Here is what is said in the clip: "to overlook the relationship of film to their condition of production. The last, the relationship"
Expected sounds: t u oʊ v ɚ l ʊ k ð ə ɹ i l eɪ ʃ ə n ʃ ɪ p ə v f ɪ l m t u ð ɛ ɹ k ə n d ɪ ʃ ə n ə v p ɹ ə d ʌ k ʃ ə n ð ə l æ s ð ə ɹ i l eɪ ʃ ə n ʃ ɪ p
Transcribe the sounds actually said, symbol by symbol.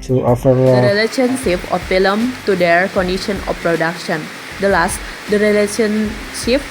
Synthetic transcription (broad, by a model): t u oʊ f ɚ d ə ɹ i l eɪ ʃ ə n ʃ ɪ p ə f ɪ l m t u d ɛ ɹ k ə n d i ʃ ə n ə f p ɹ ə d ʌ k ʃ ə n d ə l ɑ s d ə ɹ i l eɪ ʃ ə n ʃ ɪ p